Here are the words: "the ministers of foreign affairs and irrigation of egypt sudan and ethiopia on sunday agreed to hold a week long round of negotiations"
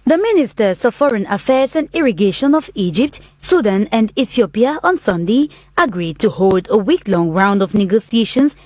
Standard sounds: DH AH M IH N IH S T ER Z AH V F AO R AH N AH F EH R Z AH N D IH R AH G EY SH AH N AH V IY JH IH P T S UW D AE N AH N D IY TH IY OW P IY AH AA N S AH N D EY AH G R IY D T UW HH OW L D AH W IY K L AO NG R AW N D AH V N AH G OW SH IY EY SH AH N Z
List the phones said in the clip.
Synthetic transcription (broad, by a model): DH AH M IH N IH S T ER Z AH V F AO R AH N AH F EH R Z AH N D IH R AH G EY SH AH N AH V IY JH IH P T S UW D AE N AH N D IY TH IY OW P IY AH AA N S AH N D EY AH G R IY D T UW HH OW L D AH W IY K L AO NG R AW N D AH V N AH G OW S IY EY SH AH N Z